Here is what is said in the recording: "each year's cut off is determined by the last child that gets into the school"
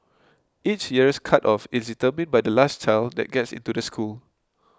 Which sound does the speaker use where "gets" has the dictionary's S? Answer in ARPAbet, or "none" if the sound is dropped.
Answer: S